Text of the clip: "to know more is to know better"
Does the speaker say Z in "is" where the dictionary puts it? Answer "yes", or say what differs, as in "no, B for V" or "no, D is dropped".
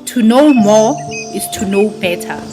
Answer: no, S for Z